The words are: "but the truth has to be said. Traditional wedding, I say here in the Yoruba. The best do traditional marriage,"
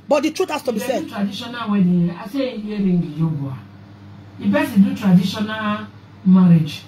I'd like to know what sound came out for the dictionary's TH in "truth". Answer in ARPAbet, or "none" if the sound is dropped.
T